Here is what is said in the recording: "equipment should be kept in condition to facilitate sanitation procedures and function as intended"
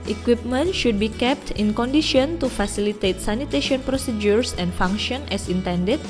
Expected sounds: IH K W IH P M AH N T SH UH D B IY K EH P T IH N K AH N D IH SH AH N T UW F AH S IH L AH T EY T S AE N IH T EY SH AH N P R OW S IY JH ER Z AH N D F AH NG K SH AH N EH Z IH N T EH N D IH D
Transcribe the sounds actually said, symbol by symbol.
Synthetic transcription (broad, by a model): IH K W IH P M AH N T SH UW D B IY K EH P T IH N K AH N D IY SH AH N T UW F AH S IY L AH T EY T S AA N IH T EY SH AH N P R OW S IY JH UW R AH N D F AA NG K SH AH N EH S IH N T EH N D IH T